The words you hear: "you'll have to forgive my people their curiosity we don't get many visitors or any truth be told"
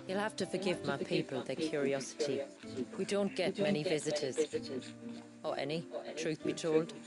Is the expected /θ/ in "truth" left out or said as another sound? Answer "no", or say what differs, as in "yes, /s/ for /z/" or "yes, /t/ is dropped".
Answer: no